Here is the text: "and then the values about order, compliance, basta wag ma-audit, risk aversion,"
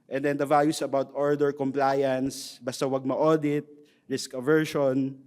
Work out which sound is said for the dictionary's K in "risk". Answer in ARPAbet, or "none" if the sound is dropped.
K